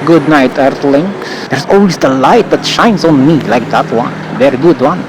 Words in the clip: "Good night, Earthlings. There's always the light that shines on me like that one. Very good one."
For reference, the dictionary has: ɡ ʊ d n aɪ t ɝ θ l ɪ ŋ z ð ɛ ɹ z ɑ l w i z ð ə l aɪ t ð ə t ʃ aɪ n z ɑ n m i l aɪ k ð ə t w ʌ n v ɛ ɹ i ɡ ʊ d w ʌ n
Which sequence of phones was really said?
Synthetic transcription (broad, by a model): ɡ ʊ d n aɪ t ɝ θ l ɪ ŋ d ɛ ɹ s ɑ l w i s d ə l aɪ t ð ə t ʃ aɪ n s ɑ n m i l aɪ k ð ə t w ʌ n v ɛ ɹ i ɡ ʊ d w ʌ n